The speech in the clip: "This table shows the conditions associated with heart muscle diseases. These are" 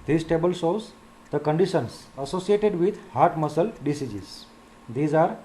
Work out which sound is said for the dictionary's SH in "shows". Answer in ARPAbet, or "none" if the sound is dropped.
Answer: S